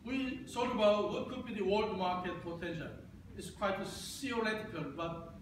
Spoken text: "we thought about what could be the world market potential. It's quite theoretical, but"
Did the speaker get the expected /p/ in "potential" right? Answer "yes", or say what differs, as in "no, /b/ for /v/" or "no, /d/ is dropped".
no, /f/ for /p/